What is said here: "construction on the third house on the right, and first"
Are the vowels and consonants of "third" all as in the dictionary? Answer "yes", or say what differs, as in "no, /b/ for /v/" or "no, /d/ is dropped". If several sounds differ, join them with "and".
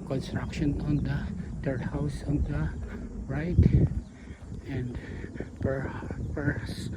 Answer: no, /t/ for /θ/